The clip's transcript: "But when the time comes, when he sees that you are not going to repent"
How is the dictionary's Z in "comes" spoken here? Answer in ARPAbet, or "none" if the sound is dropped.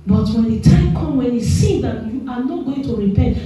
none